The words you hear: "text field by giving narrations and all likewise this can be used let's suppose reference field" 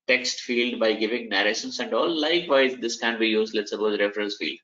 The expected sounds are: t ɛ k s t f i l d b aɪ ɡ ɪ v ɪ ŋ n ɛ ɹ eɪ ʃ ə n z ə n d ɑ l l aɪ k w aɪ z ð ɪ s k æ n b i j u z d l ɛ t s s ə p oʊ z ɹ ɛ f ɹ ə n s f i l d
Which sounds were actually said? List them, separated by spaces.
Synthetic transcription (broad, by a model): t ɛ k s t f i l d b aɪ ɡ ɪ v ɪ ŋ n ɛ ɹ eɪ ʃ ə n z ə n d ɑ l l aɪ k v aɪ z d ɪ s k æ n b i j u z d l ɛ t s s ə b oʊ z ɹ ɛ f ɹ ə n s f i l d